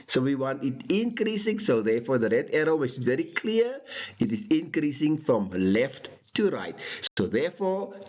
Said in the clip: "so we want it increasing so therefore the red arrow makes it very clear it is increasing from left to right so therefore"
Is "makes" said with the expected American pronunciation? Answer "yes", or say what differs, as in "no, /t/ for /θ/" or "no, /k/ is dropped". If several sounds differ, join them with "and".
no, /k/ is dropped